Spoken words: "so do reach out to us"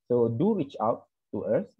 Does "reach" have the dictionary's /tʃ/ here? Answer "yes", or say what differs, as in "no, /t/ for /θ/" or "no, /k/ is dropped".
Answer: yes